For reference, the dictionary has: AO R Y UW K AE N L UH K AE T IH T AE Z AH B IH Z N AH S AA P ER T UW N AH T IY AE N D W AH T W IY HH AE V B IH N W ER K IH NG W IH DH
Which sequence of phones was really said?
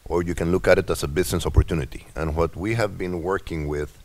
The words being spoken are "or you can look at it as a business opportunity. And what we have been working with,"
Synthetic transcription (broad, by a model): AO R Y UW K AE N L UH K AE T IH T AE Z AH B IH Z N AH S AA P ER T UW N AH T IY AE N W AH T W IY HH AE V B IH N W ER K IH NG W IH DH